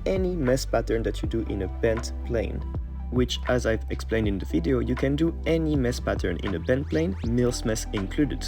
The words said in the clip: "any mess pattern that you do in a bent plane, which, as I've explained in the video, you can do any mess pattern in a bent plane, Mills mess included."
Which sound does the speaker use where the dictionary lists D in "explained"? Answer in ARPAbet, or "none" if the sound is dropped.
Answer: D